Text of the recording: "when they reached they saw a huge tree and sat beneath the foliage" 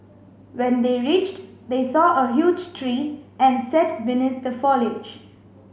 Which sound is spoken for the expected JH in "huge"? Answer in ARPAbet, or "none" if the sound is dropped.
JH